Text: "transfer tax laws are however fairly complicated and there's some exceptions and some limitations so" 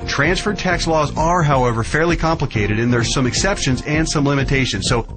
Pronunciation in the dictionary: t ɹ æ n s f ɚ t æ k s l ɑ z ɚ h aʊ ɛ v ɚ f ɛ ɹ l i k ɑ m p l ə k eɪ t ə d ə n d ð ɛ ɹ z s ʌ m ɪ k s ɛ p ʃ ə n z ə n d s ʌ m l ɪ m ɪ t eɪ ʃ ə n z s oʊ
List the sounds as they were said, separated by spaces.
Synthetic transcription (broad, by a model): t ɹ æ n s f ɚ t æ k s l ɑ z ɚ h aʊ ɛ v ɚ f ɛ ɹ l i k ɑ m p l ə k eɪ t ə d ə n ð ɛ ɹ s ʌ m ɪ k s ɛ p ʃ ə n z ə n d s ʌ m l ɪ m ɪ t eɪ ʃ ə n z s oʊ